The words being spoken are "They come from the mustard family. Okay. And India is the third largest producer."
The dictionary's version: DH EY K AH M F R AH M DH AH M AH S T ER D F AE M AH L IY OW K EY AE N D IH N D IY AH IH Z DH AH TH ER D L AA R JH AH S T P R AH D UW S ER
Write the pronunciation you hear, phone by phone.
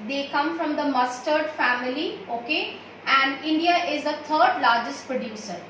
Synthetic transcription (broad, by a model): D EY K AH M F R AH M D AH M AH S T ER D F AE M AH L IY OW K EY AE N D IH N D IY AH IH Z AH T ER D L AA R JH AH S T P R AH D UW S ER